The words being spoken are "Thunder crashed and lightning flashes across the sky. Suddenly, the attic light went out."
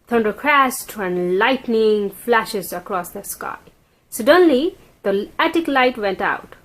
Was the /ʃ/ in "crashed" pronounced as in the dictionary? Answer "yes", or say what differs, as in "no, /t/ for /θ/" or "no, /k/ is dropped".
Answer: no, /s/ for /ʃ/